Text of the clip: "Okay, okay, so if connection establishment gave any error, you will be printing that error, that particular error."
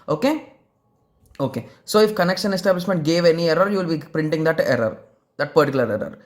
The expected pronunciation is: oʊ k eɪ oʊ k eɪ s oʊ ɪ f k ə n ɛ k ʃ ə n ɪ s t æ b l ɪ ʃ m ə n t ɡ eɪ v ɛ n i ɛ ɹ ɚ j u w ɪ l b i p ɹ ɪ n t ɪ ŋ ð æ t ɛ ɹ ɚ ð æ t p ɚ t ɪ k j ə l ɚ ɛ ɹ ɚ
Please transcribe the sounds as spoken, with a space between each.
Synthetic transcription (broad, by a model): oʊ k eɪ oʊ k eɪ s oʊ ɪ f k ə n ɛ k ʃ ə n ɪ s t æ b l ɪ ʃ m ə n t ɡ eɪ v ɛ n i ɛ ɹ ɚ j u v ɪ l b i p ɹ ɪ n t ɪ ŋ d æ t ɛ ɹ ɚ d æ t p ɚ t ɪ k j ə l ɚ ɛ ɹ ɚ